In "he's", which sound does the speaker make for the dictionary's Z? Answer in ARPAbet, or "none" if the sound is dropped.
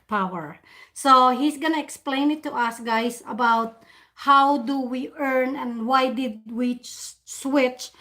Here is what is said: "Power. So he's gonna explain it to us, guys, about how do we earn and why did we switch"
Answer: S